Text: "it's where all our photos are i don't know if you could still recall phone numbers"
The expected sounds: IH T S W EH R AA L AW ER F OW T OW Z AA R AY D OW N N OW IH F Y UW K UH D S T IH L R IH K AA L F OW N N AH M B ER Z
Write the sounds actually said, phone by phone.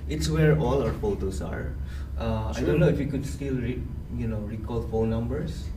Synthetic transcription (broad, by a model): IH T S W EH R AA L AW ER F OW T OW S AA R AY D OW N N OW IH F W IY K UH D S T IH L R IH K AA L F OW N N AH M B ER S